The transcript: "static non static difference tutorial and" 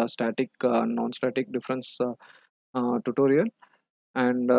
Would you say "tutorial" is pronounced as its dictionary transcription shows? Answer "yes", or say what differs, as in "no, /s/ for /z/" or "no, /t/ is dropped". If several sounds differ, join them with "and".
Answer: no, /n/ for /l/